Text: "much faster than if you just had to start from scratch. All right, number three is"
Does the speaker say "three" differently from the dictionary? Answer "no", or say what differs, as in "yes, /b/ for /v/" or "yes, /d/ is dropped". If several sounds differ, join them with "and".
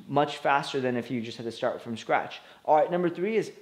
no